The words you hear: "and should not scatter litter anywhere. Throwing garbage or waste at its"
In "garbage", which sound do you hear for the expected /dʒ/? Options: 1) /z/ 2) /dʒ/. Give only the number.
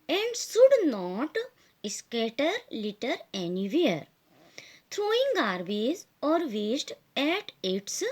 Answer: 1